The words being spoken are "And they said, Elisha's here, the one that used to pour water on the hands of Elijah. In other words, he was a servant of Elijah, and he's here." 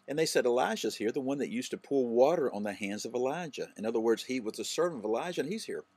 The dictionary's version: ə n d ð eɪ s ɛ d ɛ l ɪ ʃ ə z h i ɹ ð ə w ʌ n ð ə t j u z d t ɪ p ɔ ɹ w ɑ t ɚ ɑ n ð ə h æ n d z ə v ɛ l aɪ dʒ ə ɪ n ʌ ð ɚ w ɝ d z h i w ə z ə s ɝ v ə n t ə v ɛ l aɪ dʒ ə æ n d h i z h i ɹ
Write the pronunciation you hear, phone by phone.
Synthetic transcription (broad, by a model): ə n ð eɪ s ɛ d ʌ l ɪ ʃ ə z h i ɹ ð ə w ʌ n ð ə t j u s t ɪ p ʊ l w ɑ t ɚ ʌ n ð ə h æ n d z ə v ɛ l aɪ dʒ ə ɪ n ʌ ð ɚ w ɝ d z h i w ə z ə s ɝ v ə n t ə v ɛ l aɪ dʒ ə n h i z h i ɹ